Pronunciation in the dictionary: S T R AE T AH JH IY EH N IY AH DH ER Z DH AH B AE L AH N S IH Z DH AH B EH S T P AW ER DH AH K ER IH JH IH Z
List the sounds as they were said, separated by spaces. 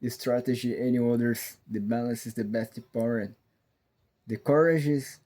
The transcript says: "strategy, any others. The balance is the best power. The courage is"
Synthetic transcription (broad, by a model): S T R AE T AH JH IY EH N IY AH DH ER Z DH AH B AE L AH N S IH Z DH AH B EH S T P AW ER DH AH K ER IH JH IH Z